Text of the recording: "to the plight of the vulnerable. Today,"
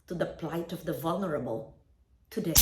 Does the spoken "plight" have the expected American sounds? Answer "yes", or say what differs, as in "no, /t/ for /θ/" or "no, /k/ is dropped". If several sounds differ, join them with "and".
yes